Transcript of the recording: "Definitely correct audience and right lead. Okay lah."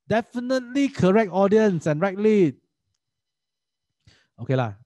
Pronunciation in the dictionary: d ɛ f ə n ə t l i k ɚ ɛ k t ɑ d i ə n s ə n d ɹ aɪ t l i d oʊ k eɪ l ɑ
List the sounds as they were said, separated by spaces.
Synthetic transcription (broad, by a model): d ɛ f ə n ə t l i k ɚ ɛ k t ɑ d i ə n s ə n ɹ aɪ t l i oʊ k eɪ l ɑ